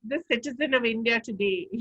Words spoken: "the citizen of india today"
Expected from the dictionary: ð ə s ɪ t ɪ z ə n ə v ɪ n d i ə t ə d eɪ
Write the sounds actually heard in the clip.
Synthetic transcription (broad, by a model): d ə s ɪ t ɪ z ə n ə v ɪ n d i ə t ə d eɪ